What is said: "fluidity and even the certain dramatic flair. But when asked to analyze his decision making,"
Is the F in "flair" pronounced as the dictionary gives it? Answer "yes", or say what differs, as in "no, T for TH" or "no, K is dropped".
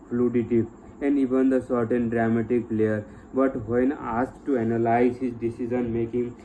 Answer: no, P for F